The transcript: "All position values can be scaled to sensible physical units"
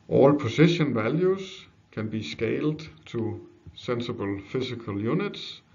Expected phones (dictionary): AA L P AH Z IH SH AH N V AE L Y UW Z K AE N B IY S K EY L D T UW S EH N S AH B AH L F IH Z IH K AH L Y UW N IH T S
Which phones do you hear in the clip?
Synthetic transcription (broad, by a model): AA L P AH S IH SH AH N V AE L Y UW S K AE N B IY S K EY L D S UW S EH N S AH B AH L F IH S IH K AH L Y UW N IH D S